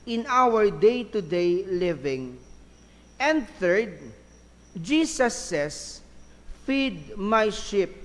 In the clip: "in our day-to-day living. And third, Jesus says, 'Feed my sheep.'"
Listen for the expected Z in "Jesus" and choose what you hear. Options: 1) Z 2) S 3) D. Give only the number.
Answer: 2